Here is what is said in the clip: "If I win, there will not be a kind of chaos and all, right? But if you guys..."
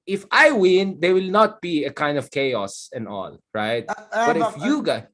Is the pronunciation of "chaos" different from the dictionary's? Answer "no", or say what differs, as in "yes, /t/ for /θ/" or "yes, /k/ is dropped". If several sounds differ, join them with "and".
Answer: no